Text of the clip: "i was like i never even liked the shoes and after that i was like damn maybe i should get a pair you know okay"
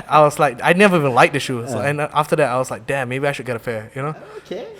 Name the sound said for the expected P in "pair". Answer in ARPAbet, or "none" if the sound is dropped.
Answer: F